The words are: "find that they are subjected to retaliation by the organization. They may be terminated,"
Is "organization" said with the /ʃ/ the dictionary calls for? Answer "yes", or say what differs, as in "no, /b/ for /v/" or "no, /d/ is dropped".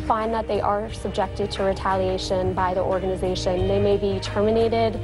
yes